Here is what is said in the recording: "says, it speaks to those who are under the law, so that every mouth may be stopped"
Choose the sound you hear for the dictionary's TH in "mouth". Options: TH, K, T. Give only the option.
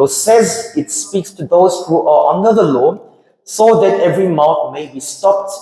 T